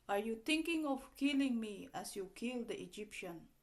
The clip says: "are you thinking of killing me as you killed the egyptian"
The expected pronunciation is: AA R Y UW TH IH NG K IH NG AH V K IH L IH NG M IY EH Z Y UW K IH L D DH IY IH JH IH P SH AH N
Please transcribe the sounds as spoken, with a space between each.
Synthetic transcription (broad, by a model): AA R Y UW T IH NG K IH NG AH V K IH L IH NG M IY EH S Y UW K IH L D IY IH JH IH P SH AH N